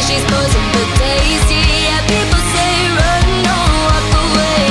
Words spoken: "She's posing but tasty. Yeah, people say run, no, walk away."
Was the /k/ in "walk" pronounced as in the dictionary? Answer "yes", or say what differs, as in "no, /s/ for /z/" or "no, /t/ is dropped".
no, /k/ is dropped